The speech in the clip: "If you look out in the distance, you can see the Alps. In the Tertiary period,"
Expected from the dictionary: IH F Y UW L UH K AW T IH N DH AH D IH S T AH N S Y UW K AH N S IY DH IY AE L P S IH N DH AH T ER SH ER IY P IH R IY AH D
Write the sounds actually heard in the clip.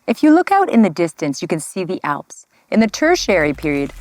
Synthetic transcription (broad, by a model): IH F Y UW L UH K AW T IH N DH AH D IH S T AH N S Y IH K AH N S IY DH IY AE L P S IH N DH AH T ER SH ER IY P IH R IY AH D